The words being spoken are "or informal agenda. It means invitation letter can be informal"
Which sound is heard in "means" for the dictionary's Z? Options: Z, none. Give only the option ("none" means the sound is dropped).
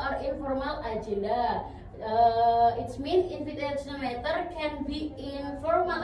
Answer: none